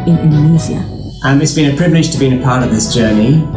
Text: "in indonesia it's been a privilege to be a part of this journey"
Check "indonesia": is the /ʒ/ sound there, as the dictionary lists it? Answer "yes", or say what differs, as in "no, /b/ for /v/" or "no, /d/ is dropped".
no, /z/ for /ʒ/